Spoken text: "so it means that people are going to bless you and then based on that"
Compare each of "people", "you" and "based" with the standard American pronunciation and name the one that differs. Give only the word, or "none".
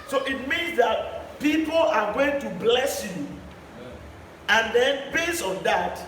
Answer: based